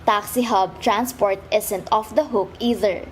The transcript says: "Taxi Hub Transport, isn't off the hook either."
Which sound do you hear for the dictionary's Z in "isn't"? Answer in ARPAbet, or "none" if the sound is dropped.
S